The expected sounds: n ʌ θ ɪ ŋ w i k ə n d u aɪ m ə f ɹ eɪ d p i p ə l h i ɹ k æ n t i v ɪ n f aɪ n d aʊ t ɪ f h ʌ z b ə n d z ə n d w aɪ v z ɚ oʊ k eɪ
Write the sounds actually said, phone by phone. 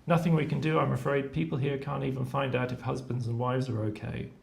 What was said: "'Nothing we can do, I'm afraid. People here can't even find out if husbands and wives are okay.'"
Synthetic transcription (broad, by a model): n ʌ θ ɪ ŋ w i k ə n d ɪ aɪ m ə f ɹ eɪ d p i p ə l h i ɹ k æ n t i v ɪ n f aɪ n d aʊ t ɪ f h ʌ z b ə n d z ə n w aɪ v z ɚ oʊ k eɪ